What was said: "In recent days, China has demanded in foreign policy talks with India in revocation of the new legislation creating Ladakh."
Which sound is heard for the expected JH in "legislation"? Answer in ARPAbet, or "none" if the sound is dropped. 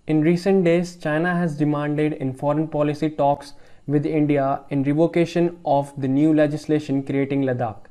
JH